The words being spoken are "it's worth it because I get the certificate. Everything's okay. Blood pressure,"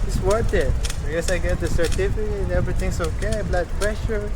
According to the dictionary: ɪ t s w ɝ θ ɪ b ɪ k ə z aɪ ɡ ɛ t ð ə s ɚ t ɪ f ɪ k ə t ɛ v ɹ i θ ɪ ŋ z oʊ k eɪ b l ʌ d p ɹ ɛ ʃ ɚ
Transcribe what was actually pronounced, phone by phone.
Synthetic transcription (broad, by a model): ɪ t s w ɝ t ɪ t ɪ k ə s aɪ ɡ ɛ t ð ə s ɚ t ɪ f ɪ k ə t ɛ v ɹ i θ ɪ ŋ s oʊ k eɪ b l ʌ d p ɹ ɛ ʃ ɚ